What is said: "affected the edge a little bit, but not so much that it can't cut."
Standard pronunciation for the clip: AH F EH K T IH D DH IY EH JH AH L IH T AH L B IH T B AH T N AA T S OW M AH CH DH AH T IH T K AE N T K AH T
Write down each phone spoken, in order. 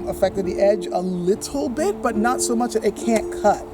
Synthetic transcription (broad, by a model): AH F EH K T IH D DH IY EH JH AH L IH T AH L B IH T B AH T N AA T S OW M AH CH DH AH T IH T K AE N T K AH T